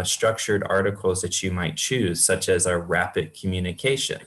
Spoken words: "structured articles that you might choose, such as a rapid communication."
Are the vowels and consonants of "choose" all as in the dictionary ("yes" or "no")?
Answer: yes